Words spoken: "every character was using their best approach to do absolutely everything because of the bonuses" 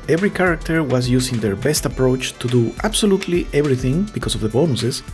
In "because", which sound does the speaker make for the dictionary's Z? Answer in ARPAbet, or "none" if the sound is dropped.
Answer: S